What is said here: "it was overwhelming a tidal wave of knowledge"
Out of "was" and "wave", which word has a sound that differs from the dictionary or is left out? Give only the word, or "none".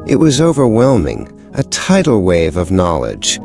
none